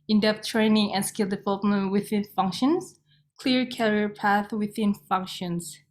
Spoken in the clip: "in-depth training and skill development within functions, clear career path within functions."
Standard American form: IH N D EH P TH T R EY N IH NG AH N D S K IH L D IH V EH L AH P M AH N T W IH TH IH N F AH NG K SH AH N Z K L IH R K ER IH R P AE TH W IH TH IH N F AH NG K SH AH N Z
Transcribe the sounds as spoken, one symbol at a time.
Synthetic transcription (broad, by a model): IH N D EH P T R EY N IH NG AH N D S K IH L D IH V EH L AH P M AH N T W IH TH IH N F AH NG K SH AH N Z K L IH R K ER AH R P AE TH W IH TH IH N F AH NG K SH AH N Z